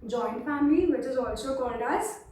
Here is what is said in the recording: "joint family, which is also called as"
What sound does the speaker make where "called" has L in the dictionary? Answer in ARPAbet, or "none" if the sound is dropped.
N